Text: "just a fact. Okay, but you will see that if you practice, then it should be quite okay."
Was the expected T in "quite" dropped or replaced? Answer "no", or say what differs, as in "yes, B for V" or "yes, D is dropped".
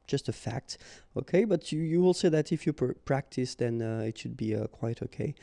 no